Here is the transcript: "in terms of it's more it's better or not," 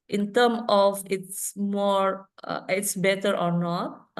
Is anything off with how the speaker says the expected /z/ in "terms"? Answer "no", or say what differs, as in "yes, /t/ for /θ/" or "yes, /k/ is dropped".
yes, /z/ is dropped